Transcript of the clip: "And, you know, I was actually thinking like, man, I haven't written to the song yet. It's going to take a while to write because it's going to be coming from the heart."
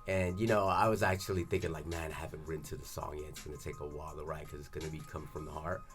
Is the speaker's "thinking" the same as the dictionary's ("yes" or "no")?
yes